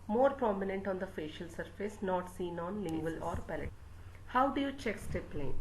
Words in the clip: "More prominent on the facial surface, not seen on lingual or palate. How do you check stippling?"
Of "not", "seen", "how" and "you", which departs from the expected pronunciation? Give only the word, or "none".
none